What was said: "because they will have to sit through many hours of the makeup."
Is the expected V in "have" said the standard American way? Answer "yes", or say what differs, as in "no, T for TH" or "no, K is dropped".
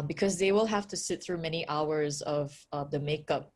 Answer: no, F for V